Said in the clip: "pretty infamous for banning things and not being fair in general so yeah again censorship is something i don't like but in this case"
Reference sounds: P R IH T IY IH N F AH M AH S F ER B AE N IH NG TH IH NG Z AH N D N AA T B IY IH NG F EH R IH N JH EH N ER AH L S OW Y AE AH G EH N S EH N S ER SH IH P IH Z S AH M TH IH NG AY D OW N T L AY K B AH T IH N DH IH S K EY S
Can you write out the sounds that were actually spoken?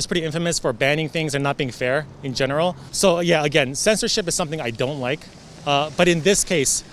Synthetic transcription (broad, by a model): P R IH T IY IH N F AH M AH S F ER B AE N IH NG TH IH NG Z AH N N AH T B IY IH NG F EH R IH N JH EH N ER L S OW Y AE AH G EH N S EH N S ER SH IH P IH Z S AH M TH IH NG AY D OW N T L AY K B AH T IH N DH IH S K EY S